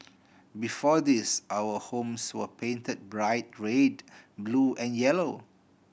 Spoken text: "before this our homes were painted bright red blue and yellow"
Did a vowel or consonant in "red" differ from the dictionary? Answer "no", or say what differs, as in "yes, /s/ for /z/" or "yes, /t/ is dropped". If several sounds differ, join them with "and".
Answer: no